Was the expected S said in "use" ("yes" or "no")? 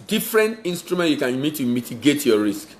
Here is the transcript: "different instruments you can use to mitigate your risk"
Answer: no